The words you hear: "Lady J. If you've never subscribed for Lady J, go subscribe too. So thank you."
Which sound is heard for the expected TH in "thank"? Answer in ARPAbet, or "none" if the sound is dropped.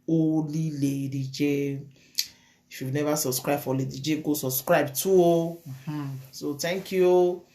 T